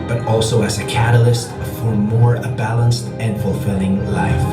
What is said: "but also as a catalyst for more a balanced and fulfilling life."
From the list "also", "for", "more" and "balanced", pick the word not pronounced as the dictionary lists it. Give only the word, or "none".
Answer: none